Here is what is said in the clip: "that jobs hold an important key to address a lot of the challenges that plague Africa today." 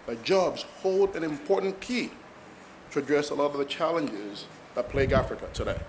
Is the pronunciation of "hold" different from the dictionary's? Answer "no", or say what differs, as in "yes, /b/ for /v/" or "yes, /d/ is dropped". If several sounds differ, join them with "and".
no